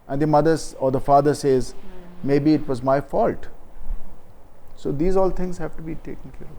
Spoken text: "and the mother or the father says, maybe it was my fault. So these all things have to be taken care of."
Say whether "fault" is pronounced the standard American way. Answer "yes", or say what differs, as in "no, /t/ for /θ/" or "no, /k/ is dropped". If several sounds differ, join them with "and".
yes